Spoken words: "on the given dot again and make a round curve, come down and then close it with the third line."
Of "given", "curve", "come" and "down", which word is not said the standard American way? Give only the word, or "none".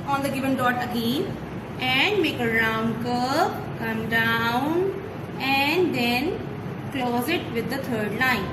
curve